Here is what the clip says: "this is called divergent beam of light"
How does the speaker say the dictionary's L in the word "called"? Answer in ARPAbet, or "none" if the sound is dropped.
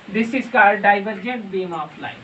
none